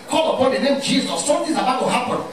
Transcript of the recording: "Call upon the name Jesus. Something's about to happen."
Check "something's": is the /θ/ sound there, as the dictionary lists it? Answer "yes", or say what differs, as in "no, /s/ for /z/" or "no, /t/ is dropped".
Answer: no, /t/ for /θ/